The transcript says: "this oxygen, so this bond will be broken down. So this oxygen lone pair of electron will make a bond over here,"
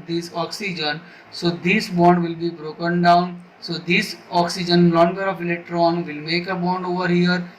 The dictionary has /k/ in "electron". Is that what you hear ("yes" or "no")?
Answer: yes